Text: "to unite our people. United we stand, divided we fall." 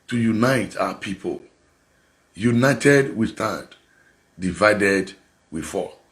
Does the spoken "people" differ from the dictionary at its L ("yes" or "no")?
no